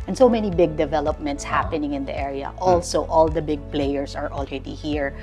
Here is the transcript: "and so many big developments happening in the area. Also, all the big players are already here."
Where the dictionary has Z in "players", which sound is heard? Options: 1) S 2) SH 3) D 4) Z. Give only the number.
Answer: 1